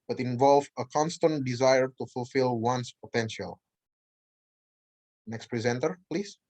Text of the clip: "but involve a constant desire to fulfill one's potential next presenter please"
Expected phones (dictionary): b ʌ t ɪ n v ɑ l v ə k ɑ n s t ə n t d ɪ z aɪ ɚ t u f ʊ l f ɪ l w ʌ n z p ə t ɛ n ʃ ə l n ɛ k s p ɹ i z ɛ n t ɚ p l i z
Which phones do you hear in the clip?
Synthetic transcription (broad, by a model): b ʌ t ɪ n v ɑ l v ə k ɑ n s t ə n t d ɪ z aɪ ɚ t u f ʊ l f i l w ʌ n s p ə t ɛ n ʃ ə l n ɛ k s p ɹ i z ɛ n t ɚ p l i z